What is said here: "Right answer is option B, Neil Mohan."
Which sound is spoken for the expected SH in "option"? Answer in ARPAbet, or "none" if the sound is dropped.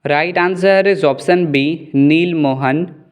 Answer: S